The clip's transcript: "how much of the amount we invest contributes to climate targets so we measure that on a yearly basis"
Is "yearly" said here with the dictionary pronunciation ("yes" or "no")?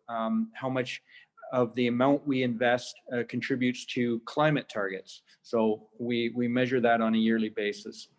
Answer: yes